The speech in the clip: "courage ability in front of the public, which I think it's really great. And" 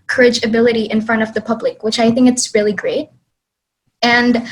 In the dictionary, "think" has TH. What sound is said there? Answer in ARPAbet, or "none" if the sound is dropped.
TH